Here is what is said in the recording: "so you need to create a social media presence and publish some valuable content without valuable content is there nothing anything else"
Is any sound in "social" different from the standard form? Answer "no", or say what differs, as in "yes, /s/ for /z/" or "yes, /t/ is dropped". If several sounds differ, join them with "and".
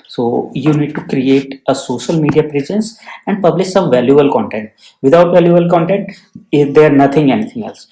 no